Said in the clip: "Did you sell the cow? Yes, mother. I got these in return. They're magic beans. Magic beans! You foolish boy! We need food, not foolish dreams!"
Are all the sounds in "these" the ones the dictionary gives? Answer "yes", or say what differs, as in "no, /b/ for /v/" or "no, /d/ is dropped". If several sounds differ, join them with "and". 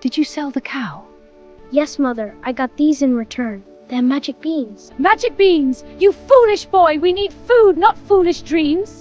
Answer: yes